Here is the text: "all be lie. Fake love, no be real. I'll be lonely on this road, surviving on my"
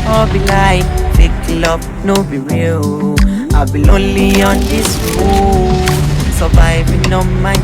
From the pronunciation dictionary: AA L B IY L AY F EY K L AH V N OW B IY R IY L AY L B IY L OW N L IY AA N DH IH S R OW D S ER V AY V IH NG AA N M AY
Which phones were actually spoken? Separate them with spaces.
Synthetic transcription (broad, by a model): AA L B IY L AY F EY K L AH B N OW B IY R IY L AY B IY L OW N L IY AA N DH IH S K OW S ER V AY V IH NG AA M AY